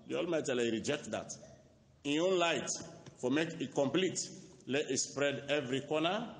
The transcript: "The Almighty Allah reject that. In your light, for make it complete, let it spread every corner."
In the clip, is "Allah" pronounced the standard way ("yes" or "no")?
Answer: no